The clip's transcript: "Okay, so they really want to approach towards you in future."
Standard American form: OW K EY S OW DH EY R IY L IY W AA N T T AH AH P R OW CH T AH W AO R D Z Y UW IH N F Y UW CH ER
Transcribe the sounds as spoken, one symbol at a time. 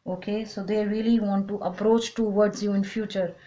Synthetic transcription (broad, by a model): OW K EY S OW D EY R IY L IY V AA N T T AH AH P R OW CH T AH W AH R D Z Y UW IH N F Y UW CH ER